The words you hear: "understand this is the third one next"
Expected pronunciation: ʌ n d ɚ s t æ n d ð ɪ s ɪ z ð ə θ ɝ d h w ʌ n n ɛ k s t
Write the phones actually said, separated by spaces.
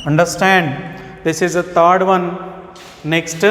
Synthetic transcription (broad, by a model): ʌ n d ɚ s t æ n d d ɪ s ɪ z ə t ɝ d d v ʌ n n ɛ k s t